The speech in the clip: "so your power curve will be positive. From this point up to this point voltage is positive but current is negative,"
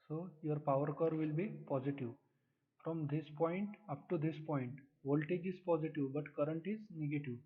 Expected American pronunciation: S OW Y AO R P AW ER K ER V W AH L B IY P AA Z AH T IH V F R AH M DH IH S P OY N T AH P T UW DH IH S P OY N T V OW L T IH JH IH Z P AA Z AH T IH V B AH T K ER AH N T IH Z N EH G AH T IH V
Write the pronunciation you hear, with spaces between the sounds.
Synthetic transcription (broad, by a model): S OW Y AO R P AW ER K ER V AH L B IY P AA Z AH T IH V F R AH M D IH S P OY N T AH P T UW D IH S P OY N T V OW L T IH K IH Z P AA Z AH T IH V B AH T K ER AH N T IH Z N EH G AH T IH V